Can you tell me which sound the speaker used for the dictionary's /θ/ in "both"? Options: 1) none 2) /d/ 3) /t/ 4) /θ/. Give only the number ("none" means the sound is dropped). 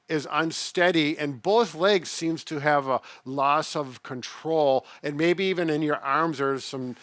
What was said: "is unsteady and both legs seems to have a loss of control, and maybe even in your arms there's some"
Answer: 4